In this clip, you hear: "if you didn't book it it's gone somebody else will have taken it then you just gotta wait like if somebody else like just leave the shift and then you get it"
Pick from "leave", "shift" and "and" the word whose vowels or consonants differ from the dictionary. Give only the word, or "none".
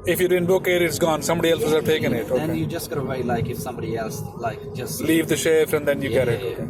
shift